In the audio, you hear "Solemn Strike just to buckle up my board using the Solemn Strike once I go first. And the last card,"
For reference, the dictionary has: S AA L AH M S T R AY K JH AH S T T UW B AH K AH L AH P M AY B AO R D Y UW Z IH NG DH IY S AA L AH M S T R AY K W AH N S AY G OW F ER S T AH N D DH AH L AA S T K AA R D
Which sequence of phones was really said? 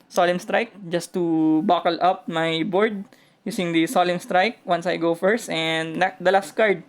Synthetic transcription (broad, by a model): S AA L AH M S T R AY K JH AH S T T UW B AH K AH L AH P M AY B AO R D Y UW S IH NG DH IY S AA L AH M S T R AY K W AH N S AY G OW F ER S T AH N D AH L AA S T K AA R D